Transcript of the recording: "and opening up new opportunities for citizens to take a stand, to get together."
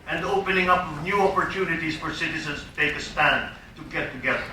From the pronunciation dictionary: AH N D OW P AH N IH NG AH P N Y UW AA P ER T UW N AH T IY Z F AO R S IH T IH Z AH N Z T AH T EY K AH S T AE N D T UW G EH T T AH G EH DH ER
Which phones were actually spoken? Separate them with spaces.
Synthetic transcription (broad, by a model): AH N D OW P AH N IH NG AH P N Y UW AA P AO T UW N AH T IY S F AO R S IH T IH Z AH N S T AH T EY K AH S T AE N D T UW G EH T T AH G EH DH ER